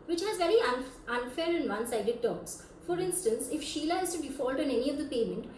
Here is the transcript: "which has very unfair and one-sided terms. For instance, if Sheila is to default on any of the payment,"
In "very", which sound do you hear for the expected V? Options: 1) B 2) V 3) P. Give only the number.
2